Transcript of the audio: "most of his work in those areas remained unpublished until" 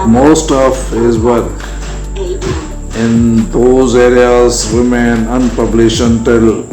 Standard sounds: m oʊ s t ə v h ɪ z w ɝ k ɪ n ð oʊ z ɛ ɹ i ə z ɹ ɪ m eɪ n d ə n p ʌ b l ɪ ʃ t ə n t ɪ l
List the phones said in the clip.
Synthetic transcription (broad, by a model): m oʊ s t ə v h ɪ z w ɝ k ɪ n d oʊ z ɛ ɹ i ə z ɹ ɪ m eɪ n ə n p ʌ b l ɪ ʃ ə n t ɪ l